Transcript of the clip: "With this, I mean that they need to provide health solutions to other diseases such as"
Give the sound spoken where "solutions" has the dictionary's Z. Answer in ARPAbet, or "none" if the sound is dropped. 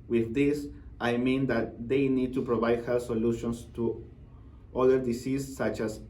S